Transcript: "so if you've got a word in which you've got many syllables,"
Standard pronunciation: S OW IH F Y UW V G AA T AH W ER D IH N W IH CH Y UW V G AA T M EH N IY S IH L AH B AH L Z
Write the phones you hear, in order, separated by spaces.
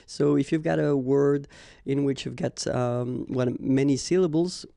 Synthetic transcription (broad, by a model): S OW IH F Y UW V G AA T AH W ER D IH N W IH CH Y UW V G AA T M EH N IY S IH L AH B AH L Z